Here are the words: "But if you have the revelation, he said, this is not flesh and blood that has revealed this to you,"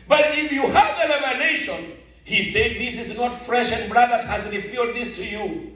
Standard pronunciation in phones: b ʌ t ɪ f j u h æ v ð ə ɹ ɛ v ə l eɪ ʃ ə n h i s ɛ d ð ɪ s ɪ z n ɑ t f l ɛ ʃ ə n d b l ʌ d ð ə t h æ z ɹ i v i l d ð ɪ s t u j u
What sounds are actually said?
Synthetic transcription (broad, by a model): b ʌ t ɪ f j u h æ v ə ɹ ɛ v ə n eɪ ʃ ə n h i s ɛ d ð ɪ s ɪ z n ɑ t f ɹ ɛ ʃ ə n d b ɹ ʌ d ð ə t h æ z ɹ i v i d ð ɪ s t u j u